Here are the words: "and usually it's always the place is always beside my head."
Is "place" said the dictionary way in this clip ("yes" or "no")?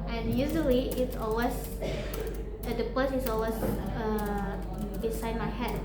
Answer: no